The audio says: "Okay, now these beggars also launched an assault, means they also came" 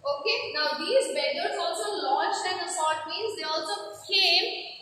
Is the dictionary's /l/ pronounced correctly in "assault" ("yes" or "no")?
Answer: no